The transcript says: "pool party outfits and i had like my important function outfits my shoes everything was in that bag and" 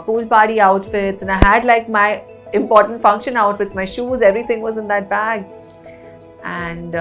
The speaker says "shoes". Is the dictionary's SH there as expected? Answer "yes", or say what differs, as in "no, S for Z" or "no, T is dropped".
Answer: yes